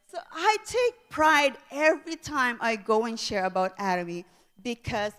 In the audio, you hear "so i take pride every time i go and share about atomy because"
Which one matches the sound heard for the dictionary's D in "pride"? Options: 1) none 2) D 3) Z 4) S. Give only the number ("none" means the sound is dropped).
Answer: 2